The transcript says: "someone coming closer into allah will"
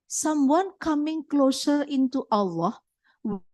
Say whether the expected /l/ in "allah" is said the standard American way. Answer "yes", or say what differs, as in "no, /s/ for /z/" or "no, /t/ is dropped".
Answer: yes